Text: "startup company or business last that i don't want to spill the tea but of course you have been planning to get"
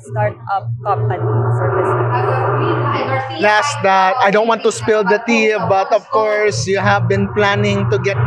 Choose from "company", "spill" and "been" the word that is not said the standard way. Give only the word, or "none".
company